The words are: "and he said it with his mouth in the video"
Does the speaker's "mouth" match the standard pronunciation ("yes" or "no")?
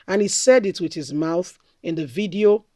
yes